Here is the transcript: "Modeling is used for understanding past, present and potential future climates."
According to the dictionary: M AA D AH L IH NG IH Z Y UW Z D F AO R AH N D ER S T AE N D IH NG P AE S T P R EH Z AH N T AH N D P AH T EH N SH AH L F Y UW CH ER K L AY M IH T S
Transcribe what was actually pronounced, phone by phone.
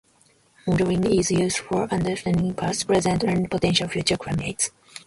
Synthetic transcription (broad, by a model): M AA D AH IH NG IH Z Y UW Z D F AO R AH N D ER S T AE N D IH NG P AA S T P R EH Z AH N T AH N P AH T EH N SH AH L F Y UW CH ER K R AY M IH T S